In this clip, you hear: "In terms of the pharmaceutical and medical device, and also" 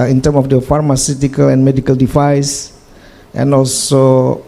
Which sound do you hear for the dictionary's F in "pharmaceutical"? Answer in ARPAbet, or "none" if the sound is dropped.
F